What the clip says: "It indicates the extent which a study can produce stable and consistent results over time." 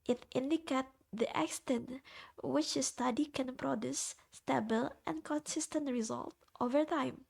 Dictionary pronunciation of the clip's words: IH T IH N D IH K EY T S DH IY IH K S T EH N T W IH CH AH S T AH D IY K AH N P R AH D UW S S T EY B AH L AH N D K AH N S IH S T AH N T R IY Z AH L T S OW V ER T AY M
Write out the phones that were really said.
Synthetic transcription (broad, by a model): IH T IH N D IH K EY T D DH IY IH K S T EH N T W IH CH AH S T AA D IY K AH N P R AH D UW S S T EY B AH L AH N K AH N S IH S T AH N T R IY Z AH L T OW V ER T AY M